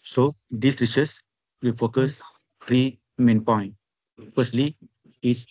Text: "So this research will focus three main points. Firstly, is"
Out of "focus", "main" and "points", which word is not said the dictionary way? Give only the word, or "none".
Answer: points